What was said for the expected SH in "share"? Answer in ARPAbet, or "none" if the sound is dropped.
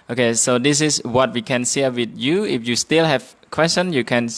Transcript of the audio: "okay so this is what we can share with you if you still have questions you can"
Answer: S